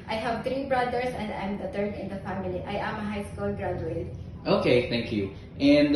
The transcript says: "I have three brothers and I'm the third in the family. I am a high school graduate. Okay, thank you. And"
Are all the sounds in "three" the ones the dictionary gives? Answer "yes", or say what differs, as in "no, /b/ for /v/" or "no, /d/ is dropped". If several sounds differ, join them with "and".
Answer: no, /t/ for /θ/